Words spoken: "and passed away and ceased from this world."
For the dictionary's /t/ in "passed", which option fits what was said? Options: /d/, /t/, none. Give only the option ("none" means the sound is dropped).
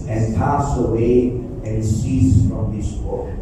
none